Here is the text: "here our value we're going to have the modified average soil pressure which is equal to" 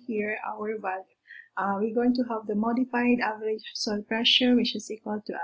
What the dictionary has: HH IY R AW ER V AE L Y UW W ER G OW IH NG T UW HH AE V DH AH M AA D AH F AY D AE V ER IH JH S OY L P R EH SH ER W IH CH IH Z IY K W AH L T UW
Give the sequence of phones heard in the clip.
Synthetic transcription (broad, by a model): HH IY R AW ER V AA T W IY G OW IH NG T UW HH AE V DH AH M AA D AH F AY D AE V ER IH JH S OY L P R EH SH ER W IH CH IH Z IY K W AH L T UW